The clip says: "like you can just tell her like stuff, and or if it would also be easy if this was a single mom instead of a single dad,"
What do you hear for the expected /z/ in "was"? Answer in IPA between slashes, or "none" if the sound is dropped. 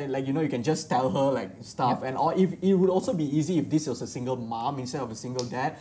/s/